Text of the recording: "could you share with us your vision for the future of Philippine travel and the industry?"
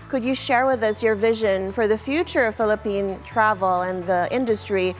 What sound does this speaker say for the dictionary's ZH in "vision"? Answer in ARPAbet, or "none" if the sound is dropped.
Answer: ZH